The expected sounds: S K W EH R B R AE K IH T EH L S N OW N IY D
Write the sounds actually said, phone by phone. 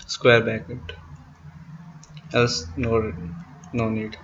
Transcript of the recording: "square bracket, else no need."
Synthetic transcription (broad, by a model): S K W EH R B AE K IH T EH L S N OW N IY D